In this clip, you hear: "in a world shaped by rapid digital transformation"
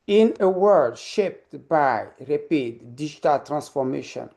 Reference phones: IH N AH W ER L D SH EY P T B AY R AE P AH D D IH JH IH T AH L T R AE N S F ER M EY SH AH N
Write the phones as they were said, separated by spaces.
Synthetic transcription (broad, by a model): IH N AH W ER D SH EY P T B AY R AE P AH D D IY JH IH T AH L T R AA N S F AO M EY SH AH N